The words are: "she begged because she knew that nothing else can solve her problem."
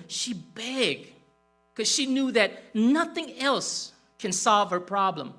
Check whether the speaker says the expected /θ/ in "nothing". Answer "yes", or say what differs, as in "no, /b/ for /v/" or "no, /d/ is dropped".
yes